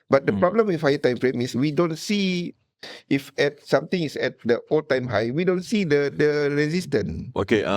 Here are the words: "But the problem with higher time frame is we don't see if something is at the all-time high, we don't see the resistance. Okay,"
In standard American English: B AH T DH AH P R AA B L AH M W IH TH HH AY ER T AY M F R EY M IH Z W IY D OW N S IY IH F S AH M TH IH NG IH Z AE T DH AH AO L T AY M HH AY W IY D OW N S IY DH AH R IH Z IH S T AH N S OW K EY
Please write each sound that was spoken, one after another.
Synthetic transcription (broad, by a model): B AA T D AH P R AA B L AH M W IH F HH AY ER T AY M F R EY M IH S W IY D OW N S IY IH F S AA M T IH NG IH S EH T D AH AO L T AY M HH AY W IY D OW N S IY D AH R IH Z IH S T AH N OW K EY